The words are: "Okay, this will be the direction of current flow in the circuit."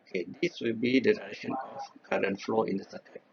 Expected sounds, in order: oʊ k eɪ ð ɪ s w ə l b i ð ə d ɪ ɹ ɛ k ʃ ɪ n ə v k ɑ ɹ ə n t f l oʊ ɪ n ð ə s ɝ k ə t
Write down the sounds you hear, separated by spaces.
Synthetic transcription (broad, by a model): k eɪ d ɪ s w ə l b i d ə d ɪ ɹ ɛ ʃ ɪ n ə f k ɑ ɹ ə n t f l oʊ ɪ n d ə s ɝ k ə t